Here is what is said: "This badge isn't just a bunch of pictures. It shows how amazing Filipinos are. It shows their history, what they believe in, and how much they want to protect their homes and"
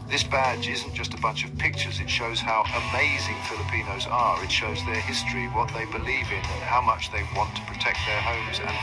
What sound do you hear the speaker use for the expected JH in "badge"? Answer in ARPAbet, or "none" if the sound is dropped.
JH